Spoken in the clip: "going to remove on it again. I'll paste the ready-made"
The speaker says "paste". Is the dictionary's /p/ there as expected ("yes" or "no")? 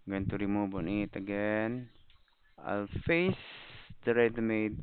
no